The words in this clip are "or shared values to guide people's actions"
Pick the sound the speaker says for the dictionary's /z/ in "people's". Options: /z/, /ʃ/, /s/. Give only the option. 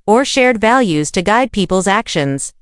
/z/